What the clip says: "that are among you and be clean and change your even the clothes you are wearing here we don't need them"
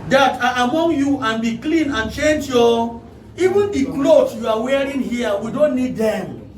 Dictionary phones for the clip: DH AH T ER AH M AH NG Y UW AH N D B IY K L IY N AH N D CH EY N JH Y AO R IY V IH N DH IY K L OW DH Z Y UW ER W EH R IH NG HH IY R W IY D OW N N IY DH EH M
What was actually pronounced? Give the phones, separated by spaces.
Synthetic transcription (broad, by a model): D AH T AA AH M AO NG Y UW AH N B IY K L IY N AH N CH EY N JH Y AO IY V IH N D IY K L OW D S Y UW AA W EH R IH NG HH IY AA W IY D OW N N IY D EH M